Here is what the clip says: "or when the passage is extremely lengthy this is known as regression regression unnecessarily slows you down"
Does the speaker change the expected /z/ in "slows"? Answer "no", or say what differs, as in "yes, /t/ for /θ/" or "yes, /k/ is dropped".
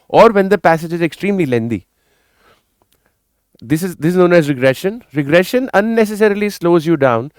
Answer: no